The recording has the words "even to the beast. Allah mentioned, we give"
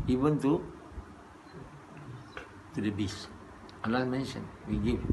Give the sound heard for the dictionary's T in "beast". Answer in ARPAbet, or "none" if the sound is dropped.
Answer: none